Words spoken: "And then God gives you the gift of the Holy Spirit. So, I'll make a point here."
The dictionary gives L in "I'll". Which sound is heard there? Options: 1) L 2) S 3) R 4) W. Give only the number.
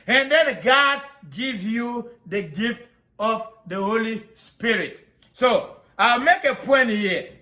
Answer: 1